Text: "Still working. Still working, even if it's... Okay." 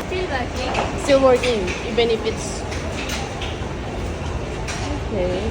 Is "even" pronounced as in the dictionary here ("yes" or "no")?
no